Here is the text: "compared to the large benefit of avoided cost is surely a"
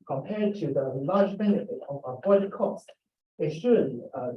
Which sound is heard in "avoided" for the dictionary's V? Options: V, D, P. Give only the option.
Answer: P